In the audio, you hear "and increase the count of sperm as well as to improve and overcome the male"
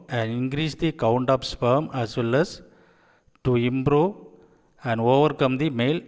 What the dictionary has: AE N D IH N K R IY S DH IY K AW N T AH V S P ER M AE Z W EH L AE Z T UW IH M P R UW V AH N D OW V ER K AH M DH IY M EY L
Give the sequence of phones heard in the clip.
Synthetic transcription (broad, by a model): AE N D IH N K R IY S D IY K AW N T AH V S P ER M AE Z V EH L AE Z T UW IH M P R UW V AH N D OW V ER K AH M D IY M EY L